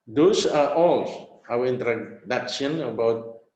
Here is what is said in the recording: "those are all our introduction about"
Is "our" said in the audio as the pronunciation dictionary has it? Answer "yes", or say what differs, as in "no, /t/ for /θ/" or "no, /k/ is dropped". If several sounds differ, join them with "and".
no, /w/ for /ɹ/